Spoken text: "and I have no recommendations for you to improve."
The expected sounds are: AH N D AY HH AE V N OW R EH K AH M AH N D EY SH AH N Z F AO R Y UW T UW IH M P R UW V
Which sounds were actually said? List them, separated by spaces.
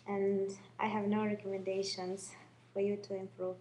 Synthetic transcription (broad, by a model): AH N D AY HH AE V N OW R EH K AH M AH N D EY SH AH N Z F AO R Y UW T UW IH M P R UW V